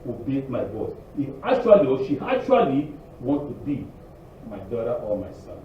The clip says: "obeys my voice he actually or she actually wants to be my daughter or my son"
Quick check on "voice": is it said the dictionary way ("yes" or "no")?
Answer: no